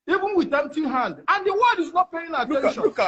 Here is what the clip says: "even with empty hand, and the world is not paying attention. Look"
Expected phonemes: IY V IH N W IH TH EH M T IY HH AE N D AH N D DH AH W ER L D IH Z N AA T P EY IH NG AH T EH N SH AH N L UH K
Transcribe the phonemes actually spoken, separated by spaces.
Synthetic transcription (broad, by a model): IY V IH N W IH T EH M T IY HH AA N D AH N D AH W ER D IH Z N AA T P EY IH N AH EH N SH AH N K